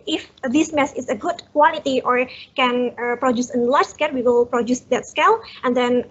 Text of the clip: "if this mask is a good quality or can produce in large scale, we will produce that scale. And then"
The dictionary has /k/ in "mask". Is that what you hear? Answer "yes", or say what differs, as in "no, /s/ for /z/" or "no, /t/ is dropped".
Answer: no, /k/ is dropped